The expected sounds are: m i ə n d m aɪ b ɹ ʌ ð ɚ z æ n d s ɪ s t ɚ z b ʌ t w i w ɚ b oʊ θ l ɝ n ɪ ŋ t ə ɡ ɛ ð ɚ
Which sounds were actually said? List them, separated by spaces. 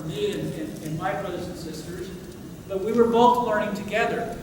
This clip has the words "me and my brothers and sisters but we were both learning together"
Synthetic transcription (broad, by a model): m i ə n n m aɪ b ɹ ʌ ð ɚ z n s ɪ s t ɚ z b ʌ t w i w ɚ b oʊ θ l ɝ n ɪ ŋ t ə ɡ ɛ ð ɚ